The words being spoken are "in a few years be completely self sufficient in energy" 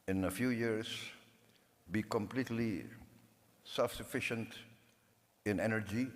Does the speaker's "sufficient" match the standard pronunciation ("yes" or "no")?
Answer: yes